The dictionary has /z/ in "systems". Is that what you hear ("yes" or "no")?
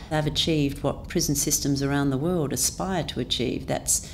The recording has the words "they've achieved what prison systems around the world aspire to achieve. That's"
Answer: yes